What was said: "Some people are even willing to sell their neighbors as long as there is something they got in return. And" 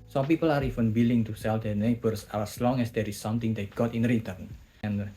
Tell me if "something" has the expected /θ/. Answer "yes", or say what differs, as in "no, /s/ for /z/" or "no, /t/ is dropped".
no, /t/ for /θ/